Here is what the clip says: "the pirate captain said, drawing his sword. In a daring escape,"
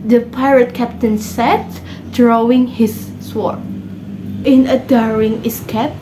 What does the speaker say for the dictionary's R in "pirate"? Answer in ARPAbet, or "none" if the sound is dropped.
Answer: R